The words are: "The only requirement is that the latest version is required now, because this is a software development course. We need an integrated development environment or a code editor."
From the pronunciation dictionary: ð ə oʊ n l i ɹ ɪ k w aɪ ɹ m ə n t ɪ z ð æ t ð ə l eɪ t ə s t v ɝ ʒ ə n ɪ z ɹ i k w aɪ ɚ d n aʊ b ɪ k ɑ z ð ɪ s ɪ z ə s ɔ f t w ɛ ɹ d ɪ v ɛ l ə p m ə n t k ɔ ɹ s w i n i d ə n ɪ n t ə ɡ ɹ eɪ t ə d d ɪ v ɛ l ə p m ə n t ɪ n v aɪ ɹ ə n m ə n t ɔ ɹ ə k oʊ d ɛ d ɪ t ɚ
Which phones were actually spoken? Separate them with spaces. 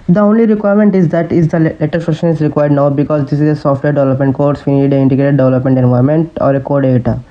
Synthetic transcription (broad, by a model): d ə oʊ n l i ɹ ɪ k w aɪ ɹ m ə n t ɪ z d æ t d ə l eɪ t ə t f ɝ ʃ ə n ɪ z ɹ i k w aɪ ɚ d n aʊ b ɪ k ɑ z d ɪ s ɪ z ə s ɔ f t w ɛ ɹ d ɪ v ɛ l ə p m ə n t k ɔ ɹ s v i n i d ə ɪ n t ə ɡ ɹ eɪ t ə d d ɪ v ɛ l ə p m ə n t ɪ n v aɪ ɹ m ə n t ɔ ɹ ə k oʊ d d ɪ t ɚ